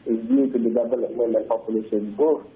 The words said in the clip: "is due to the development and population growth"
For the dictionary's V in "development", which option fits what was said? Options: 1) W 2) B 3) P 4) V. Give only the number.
2